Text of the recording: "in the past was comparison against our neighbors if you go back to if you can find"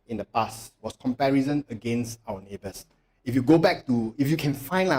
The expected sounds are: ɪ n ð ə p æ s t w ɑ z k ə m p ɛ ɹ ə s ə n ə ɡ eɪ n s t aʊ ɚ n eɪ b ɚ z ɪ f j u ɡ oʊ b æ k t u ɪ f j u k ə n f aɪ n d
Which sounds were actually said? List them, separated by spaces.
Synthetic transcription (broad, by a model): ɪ n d ə p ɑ s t w ɑ s k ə m p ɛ ɹ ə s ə n ə ɡ eɪ n s t aʊ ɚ n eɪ b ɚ s ɪ f j u ɡ oʊ b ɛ k t u ɪ f j u k ə n f aɪ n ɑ